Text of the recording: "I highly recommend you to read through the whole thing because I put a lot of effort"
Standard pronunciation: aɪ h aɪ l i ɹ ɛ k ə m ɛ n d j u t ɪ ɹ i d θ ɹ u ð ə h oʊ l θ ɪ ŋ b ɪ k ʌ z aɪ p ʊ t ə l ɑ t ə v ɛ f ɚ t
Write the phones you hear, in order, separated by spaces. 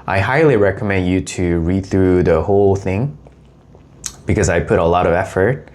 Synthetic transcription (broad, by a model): aɪ h aɪ l i ɹ ɛ k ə m ɛ n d j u t ɪ ɹ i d θ ɹ u ð ə h oʊ l θ ɪ ŋ b ɪ k ʌ z aɪ p ʊ t ə l ɑ t ə v ɛ f ɚ t